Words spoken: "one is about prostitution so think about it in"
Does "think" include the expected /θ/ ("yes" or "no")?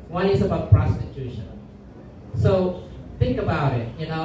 yes